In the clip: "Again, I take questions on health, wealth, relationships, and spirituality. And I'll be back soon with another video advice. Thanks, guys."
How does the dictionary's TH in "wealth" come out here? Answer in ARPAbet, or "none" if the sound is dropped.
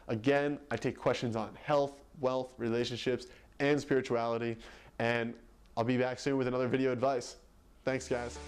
TH